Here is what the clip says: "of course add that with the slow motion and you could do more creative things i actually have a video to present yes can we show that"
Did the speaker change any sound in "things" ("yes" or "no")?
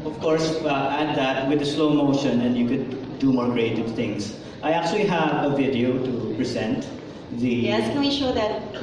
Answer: yes